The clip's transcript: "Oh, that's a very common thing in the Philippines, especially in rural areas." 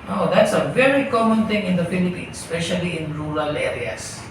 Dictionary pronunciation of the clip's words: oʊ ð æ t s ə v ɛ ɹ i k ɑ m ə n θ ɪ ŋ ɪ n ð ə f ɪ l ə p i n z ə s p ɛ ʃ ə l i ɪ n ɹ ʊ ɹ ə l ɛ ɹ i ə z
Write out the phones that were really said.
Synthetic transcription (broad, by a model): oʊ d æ t s ə v ɛ ɹ i k ɑ m ə n t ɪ ŋ ɪ n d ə f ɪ l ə p i n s s p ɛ ʃ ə l i ɪ n ɹ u ɹ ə l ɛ ɹ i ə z